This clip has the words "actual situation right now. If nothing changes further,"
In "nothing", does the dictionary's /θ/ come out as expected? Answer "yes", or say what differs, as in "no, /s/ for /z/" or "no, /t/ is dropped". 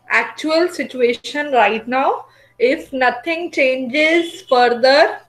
no, /t/ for /θ/